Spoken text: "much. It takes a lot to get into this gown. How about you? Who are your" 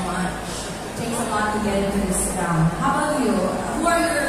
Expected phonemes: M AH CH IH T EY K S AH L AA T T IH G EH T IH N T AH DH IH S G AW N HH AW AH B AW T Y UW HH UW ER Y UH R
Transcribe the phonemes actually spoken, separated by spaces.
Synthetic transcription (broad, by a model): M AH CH T EY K AH L AA T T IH G EH T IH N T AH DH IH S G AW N HH AW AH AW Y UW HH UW ER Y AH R